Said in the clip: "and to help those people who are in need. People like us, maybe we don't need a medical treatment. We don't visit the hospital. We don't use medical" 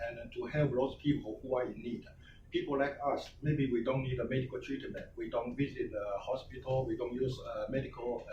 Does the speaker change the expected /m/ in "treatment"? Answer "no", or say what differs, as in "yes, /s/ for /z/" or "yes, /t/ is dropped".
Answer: yes, /m/ is dropped